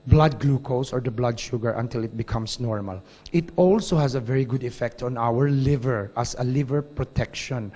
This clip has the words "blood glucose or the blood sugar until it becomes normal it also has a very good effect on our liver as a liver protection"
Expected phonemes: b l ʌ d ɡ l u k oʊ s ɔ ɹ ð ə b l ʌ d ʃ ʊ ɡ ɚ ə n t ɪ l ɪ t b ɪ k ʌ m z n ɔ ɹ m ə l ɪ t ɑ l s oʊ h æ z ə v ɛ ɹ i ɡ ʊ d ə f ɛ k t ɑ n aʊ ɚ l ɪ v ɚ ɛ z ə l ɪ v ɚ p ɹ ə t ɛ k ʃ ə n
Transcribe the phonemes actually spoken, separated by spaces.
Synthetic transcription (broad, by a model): b l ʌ d ɡ l u k oʊ s ɔ ɹ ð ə b l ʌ d ʃ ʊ ɡ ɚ ə n t ɪ l ɪ t b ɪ k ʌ m s n ɔ ɹ m ə l ɪ t ɑ l s oʊ h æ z ə v ɛ ɹ i ɡ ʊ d ə f ɛ k t ɑ n aʊ ɚ l ɪ v ɚ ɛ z ə l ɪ v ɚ p ɹ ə t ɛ k ʃ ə n